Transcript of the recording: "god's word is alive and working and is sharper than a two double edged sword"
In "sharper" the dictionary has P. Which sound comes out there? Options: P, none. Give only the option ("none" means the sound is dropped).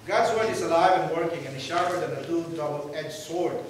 none